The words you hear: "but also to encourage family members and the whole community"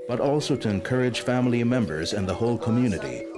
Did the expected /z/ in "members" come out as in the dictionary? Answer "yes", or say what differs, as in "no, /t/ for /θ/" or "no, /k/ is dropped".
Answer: yes